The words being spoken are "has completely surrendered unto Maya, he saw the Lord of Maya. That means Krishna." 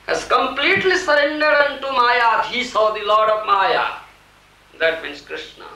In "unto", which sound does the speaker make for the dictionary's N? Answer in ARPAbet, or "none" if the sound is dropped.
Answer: N